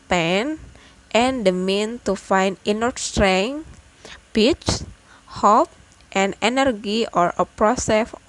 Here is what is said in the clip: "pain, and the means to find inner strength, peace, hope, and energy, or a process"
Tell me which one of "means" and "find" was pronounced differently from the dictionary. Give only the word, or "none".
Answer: means